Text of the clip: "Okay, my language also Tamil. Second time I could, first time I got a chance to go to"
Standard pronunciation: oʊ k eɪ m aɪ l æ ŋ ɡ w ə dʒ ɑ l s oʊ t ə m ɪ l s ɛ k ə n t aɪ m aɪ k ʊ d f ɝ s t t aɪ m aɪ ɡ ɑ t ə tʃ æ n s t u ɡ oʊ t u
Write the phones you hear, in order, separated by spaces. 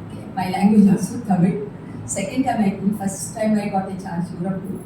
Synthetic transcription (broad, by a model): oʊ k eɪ m aɪ l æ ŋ ɡ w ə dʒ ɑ s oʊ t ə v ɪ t s ɛ k ə n t aɪ m aɪ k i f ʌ s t t aɪ m aɪ ɡ ɑ t ə tʃ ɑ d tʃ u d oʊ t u